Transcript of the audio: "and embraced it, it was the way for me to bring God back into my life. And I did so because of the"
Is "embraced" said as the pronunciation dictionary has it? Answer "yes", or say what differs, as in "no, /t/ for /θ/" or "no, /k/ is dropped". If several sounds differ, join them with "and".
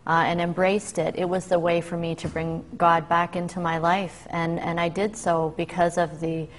yes